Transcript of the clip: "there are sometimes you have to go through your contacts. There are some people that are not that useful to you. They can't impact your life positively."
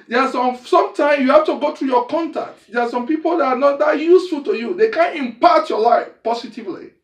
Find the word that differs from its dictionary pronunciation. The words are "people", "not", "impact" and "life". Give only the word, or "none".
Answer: impact